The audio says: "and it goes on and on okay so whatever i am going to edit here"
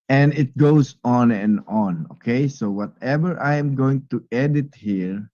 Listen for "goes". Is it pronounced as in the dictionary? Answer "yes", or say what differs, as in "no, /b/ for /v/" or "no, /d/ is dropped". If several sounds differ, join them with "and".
no, /s/ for /z/